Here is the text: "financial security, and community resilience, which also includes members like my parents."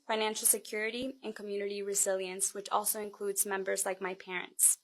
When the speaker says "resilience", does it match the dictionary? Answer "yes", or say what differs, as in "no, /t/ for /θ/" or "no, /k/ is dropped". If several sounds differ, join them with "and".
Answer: yes